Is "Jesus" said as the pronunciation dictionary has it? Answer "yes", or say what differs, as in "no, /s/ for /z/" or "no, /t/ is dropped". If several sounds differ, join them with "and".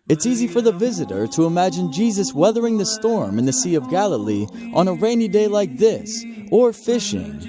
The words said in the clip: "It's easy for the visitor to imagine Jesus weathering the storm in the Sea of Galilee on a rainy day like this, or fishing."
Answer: yes